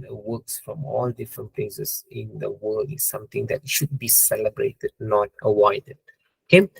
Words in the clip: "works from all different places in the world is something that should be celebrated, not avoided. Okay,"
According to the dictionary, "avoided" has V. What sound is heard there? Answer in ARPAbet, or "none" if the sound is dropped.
W